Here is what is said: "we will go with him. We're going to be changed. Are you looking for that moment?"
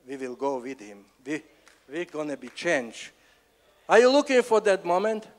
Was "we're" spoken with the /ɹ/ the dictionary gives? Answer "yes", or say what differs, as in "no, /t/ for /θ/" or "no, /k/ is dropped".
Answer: no, /w/ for /ɹ/